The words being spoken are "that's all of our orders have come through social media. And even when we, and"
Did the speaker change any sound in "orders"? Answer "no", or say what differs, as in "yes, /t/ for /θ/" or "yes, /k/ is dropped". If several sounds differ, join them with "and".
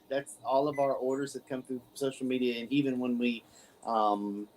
no